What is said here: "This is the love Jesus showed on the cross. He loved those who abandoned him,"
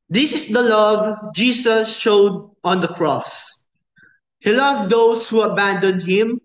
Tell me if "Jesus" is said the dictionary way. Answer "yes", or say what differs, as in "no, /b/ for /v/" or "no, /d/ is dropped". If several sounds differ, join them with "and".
no, /s/ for /z/